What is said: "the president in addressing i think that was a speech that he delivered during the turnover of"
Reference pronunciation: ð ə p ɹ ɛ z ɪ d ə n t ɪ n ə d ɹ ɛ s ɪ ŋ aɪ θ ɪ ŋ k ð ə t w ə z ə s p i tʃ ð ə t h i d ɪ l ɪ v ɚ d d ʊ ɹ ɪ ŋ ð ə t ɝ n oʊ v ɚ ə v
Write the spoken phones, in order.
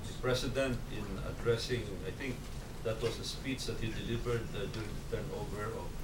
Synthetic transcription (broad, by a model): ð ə p ɹ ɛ s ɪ d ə n t ɪ n ə d ɹ ɛ s ɪ ŋ aɪ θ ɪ ŋ k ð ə t w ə s ə s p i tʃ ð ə t h i d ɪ l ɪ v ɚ d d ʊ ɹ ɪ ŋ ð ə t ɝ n oʊ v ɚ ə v